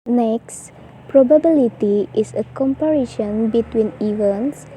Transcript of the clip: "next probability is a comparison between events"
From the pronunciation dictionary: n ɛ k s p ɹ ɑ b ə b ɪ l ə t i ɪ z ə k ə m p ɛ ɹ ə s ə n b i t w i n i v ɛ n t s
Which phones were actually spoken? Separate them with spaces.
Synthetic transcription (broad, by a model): n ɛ k s p ɹ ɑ b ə b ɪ l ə t i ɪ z ə k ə m p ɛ ɹ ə ʃ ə n b i t w i n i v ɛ n s